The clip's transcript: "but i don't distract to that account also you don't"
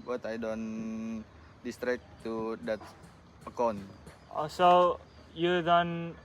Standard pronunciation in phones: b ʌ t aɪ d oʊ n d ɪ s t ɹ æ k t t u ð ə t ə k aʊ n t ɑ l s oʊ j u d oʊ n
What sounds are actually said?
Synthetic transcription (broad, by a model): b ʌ t aɪ d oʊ n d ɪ s t ɹ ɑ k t t u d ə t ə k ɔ n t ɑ s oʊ j u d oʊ n